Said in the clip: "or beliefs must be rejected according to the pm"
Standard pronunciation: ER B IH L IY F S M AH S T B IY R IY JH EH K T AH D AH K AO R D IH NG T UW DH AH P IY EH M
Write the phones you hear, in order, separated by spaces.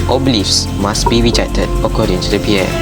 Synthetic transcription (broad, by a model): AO B IH L IY F S M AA S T B IY R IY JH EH T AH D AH K AO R D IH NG T UW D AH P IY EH